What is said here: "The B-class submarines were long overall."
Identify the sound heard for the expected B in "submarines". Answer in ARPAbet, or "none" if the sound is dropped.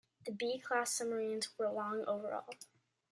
none